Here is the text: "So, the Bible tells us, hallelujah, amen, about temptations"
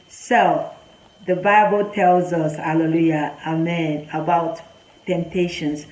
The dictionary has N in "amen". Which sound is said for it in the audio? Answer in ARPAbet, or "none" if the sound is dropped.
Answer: N